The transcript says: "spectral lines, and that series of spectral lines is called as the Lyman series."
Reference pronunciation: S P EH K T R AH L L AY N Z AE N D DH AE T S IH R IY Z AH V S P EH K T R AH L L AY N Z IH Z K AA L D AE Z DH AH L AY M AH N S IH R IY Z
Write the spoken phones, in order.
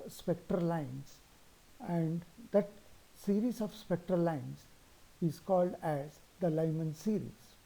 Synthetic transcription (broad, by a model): S P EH K T R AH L L AY N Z AE N D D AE T S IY R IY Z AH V S P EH K T R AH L L AY N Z IH Z K AA L D AE Z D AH L AY M AH N S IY R IY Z